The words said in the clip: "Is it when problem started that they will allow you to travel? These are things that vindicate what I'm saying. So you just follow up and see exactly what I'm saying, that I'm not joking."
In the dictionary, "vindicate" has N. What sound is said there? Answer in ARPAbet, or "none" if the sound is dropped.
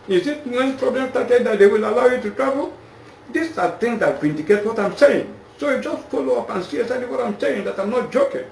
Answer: N